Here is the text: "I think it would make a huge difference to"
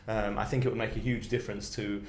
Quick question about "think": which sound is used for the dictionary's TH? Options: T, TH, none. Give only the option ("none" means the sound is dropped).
TH